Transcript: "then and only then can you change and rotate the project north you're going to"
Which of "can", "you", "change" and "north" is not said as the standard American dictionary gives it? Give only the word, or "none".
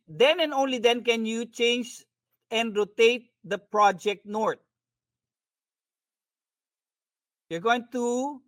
north